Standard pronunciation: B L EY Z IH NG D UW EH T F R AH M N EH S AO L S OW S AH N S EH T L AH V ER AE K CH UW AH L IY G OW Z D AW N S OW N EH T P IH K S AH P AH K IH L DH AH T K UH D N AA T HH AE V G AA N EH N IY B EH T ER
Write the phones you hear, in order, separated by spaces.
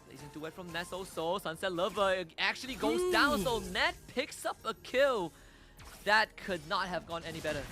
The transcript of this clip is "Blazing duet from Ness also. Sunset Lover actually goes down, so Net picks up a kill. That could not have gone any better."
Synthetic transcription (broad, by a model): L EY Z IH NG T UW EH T F R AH M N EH S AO S OW S AH N S EH T L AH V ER AE K CH UW AH L IY G OW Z D AW N S OW N EH T P IH K S AH P AH K IH L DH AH T K UH D N AA T HH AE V G AA N EH N IY B EH T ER